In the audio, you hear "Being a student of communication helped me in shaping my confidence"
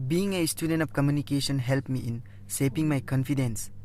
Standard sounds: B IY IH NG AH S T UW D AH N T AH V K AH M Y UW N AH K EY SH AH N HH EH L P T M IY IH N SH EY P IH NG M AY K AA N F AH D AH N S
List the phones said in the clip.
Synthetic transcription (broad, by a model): B IY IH NG AH S T UW D AH N T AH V K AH M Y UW N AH K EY S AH N HH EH L P M IY IH N S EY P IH NG M AY K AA N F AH D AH N S